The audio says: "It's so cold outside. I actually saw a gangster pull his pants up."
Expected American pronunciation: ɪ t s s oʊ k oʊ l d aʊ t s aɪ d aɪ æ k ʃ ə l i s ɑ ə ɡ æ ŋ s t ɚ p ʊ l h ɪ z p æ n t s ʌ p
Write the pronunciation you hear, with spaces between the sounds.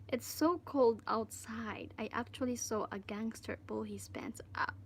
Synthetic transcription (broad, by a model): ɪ t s s oʊ k oʊ l d aʊ t s aɪ d aɪ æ k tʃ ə l i s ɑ ə ɡ æ ŋ s t ɚ b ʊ l h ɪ s p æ n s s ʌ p